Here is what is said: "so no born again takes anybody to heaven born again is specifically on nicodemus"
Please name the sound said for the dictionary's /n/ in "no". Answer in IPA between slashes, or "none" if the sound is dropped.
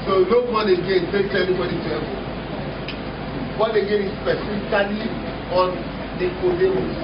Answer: /l/